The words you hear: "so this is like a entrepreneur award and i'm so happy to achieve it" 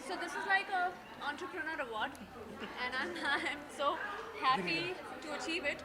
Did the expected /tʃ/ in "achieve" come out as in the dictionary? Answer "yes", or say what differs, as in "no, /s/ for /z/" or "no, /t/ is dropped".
yes